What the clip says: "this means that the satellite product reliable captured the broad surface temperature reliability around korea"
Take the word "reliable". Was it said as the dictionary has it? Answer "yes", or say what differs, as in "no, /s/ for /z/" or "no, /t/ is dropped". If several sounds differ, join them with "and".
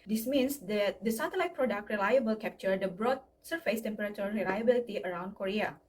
yes